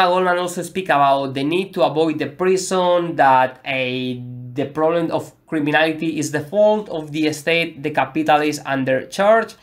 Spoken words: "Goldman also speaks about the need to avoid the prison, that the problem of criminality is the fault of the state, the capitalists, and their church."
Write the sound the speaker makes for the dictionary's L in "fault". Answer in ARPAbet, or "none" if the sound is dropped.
L